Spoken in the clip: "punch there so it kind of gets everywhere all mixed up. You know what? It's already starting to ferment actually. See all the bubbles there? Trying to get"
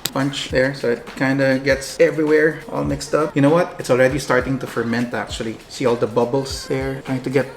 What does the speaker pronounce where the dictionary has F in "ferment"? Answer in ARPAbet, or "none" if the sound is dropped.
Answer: F